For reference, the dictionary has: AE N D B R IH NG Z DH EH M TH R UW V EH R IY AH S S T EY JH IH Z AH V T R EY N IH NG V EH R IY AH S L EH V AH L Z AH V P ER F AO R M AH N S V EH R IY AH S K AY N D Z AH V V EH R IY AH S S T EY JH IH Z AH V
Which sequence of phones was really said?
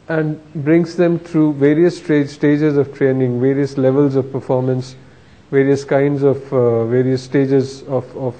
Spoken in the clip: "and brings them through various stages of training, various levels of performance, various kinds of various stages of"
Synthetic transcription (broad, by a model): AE N D B R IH NG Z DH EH M T R UW V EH R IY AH S S T EY JH IH Z AH V T R EY N IH NG V EH R IY AH S L EH V AH L Z AH V P ER F AO R M AH N S V EH R IY AH S K AY N D Z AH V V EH R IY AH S S T EY JH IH Z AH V